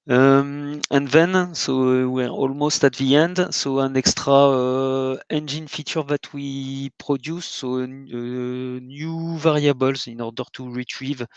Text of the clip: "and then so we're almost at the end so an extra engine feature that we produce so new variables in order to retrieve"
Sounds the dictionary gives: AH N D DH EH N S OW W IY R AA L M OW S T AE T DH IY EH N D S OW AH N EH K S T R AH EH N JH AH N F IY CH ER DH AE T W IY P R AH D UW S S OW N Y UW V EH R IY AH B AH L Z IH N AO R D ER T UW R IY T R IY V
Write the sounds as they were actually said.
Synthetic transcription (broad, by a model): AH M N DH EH N S OW W IY R AA L M OW S T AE T DH IY EH N D S OW AH N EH K S T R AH EH N JH AH N F IY CH ER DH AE T W IY P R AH D UW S S OW N Y UW V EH R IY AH B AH L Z IH N AO R D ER T UW R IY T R IY V